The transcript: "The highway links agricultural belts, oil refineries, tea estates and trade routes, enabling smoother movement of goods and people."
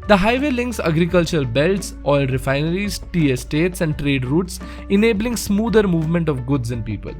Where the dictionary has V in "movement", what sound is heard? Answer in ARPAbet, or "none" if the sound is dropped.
V